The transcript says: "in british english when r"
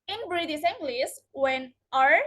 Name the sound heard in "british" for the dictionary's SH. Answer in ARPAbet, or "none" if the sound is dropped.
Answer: S